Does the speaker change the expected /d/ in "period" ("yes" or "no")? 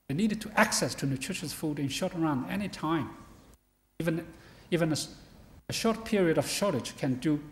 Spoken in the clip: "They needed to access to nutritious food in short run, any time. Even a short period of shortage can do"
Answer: no